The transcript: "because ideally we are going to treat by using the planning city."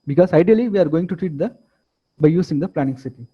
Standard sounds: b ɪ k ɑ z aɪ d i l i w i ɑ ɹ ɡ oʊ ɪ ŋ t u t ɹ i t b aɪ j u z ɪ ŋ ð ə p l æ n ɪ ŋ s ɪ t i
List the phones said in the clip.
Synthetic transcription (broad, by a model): b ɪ k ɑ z aɪ d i l i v i ɑ ɹ ɡ oʊ ɪ ŋ t u t ɹ i t b aɪ j u s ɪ ŋ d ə p l æ n ɪ ŋ s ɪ t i